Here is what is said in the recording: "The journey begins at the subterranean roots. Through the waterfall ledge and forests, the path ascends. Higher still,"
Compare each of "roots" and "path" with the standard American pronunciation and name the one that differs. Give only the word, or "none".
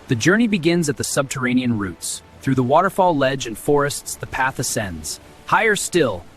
none